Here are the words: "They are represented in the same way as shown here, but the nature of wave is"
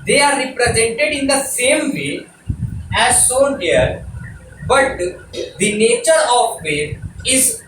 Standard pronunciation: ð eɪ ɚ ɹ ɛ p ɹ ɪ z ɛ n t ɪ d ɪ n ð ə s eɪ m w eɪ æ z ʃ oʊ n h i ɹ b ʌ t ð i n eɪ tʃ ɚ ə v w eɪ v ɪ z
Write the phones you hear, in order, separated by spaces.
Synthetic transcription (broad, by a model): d eɪ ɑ ɹ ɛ p ɹ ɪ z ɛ n t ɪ d ɪ n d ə s eɪ m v eɪ æ z s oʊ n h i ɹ b ʌ t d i n eɪ tʃ ɚ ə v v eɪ ɪ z